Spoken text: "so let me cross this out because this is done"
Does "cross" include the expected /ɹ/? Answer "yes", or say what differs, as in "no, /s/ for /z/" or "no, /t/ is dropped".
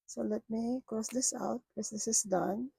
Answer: yes